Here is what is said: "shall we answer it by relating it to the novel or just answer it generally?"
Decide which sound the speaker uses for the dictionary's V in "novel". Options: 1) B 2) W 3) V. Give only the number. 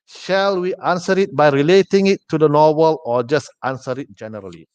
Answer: 2